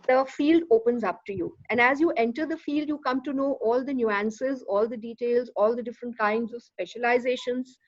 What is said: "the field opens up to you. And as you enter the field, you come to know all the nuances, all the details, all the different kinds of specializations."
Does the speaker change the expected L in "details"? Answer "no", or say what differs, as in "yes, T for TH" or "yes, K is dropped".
no